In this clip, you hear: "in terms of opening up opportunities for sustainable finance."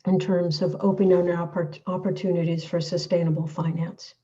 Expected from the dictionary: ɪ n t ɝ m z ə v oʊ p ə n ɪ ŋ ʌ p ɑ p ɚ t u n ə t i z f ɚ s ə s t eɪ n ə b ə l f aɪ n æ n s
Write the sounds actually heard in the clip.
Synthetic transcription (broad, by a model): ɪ n t ɝ m z ə v oʊ p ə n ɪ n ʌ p ɑ p ɚ t u n ə t i z f ɚ s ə s t eɪ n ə b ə l f aɪ n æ n s